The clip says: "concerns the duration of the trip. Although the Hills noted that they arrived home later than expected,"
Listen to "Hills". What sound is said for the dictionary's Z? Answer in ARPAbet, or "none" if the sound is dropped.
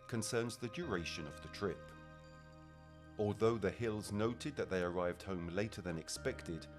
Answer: Z